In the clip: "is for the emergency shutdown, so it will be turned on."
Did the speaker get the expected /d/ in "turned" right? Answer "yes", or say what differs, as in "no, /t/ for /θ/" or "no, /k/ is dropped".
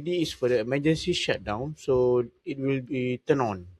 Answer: no, /d/ is dropped